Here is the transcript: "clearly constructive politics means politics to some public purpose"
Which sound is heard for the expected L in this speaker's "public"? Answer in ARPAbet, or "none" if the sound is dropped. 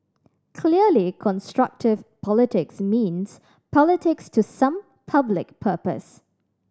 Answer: L